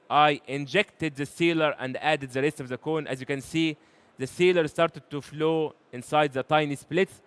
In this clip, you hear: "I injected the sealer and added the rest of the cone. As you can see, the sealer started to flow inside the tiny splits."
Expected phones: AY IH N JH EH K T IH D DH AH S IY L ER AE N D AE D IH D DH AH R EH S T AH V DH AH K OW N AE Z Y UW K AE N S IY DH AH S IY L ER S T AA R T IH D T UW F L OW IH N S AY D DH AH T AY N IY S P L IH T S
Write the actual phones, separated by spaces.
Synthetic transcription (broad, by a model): AY IH N JH EH K T IH D DH AH S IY L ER AE N D AE D IH D DH AH R EH S T AH V DH AH K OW N AE Z Y UW K AE N S IY DH AH S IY L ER S T AA R T IH D T UW F L OW IH N S AY D DH AH T AY N IY S P L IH T S